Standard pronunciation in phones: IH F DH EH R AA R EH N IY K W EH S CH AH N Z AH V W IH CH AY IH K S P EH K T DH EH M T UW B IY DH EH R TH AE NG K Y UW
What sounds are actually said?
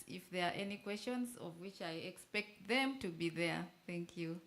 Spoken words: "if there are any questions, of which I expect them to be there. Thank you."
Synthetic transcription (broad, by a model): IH F DH EH R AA R EH N IY K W EH S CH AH N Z AH V W IH CH AY IH K S P EH K T DH EH M T UW B IY DH EH R TH AE NG K Y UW